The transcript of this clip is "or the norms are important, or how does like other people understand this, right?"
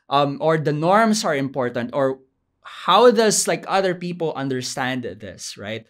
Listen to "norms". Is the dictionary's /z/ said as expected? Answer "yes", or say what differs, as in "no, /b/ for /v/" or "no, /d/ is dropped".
no, /s/ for /z/